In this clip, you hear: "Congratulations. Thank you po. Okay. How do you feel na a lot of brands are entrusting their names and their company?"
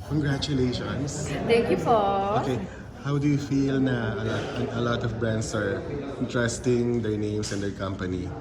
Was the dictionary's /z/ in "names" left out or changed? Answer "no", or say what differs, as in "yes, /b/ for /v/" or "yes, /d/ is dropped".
yes, /s/ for /z/